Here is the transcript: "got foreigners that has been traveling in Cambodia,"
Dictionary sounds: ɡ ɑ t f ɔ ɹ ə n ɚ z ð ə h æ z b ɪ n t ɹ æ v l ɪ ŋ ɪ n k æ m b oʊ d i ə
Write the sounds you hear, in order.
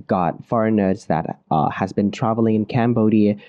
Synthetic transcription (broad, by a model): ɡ ɑ t f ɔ ɹ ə n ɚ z ð ə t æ z b ɪ n t ɹ æ v l ɪ ŋ ɪ n k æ m b oʊ d i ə